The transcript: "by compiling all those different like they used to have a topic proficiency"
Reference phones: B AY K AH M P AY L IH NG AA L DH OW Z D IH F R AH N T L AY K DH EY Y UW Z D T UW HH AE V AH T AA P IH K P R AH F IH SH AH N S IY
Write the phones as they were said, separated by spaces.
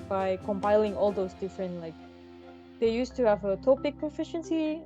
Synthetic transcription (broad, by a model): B AY K AH M P AY L IH NG AA L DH OW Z D IH F R AH N T L AY K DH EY Y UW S T UW HH AE V AH T AA P IH K P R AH F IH SH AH N S IY